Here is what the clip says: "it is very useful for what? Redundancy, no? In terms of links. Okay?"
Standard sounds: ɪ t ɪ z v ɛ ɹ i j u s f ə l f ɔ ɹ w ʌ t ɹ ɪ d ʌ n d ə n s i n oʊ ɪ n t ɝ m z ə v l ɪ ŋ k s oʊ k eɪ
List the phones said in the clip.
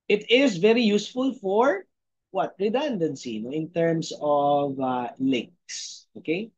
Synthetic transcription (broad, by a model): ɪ t ɪ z v ɛ ɹ i j u s f ə l f ɔ ɹ w ʌ t ɹ ɪ d ʌ n d ə n s i n oʊ ɪ n t ɝ m s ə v l ɪ ŋ k s oʊ k eɪ